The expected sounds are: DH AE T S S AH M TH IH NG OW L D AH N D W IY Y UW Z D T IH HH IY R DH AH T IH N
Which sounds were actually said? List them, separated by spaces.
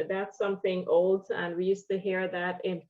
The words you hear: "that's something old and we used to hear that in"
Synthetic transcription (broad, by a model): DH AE T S S AH M TH IH NG OW L D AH N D W IY Y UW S T IH HH IY R DH AH T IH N